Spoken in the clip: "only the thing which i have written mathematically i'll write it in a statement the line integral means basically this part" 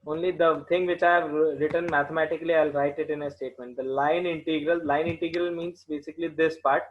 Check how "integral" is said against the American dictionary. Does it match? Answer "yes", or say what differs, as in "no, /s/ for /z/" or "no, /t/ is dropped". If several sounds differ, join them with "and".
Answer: yes